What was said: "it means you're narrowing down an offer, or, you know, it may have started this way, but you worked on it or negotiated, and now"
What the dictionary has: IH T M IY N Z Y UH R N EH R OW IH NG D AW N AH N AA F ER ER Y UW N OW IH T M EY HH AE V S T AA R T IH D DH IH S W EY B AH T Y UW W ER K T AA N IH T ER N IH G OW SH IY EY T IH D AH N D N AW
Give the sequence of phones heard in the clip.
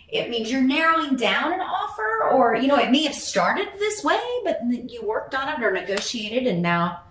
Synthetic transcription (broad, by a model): IH T M IY N Z Y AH R N EH R OW IH NG D AW N AH N AA F ER ER Y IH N OW IH T M EY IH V S T AA R T IH D DH IH S W EY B AH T Y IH W ER K T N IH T ER N IH G OW SH IY EY T IH D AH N N AW